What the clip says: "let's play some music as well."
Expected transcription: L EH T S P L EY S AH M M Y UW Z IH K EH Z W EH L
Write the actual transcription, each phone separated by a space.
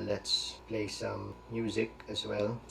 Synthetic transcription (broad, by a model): L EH T S P L EY S AH M M Y UW Z IH K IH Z W EH L